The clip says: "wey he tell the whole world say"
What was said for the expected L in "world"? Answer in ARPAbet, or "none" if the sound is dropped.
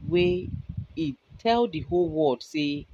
none